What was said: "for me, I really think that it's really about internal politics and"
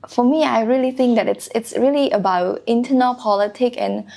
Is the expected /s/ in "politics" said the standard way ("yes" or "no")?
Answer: no